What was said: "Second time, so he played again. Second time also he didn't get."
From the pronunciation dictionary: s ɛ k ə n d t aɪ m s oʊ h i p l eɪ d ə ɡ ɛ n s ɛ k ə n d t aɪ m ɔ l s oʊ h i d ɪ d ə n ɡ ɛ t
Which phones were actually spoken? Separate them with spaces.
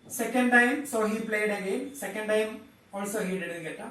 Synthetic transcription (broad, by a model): s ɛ k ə n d t aɪ m s oʊ h i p l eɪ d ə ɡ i l s ɛ k ə n d t aɪ m ɔ l s oʊ h i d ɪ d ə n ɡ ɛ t